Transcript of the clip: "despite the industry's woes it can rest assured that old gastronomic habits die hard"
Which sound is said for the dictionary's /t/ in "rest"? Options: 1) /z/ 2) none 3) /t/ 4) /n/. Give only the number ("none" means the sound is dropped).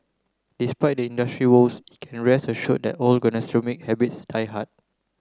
2